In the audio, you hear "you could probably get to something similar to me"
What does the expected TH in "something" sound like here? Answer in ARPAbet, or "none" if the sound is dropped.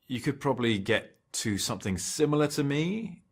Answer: TH